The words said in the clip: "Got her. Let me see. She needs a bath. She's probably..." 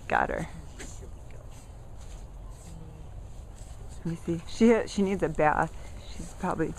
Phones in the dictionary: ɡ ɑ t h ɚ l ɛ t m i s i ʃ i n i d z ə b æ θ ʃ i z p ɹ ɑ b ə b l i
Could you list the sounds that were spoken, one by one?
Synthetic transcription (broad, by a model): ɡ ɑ t h ɚ w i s i ʃ i ʃ i n i d z ə b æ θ ʃ i z p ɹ ɑ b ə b l i